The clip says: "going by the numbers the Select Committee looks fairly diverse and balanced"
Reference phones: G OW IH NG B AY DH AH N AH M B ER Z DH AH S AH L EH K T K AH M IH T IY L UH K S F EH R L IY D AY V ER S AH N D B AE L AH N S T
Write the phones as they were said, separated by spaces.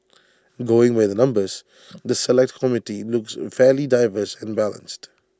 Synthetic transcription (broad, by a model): G OW IH NG B AY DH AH N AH M B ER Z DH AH S AH L EH K T K AH M IH T IY L UH K S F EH L IY D AY V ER S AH N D B AE L AH N S T